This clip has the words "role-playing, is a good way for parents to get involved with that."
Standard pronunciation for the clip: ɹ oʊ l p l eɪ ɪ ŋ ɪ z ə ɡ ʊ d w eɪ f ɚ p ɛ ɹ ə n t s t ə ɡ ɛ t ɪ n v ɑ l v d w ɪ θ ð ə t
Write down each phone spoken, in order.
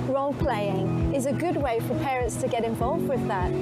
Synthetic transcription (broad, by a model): ɹ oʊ l p l eɪ ɪ ŋ ɪ z ə ɡ ʊ d w eɪ f ɚ p ɛ ɹ ə n t s t ə ɡ ɛ t ɪ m v ɑ l v d w ɪ ð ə t